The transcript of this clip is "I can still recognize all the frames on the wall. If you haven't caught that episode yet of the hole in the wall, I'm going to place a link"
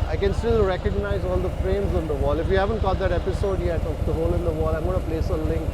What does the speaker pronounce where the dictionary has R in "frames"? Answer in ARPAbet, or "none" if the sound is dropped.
R